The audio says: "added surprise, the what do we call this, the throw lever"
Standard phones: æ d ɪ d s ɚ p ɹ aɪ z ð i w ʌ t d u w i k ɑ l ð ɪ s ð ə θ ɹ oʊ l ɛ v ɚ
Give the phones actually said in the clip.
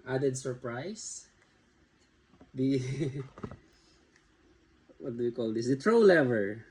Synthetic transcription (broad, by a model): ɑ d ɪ d s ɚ p ɹ aɪ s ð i w ʌ t d u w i k ɑ l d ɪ s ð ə t ɹ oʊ l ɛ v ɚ